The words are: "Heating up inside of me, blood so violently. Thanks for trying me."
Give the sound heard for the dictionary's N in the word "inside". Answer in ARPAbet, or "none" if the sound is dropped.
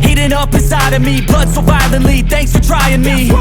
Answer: none